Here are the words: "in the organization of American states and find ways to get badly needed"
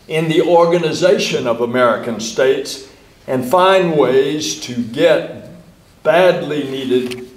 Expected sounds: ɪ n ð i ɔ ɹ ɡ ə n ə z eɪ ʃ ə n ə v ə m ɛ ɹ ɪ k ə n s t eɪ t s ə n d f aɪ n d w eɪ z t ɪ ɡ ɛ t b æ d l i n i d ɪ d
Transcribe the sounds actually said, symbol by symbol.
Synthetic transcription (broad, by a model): ɪ n ð i ɔ ɹ ɡ ə n ə z eɪ ʃ ə n ə v ə m ɛ ɹ ɪ k ə n s t eɪ t s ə n f aɪ n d w eɪ z t ɪ ɡ ɛ t b æ d l i n i d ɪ d